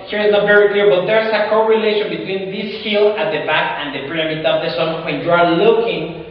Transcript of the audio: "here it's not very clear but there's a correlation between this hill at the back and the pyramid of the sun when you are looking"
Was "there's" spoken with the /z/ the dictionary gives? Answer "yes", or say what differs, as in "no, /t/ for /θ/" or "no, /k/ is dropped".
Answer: no, /s/ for /z/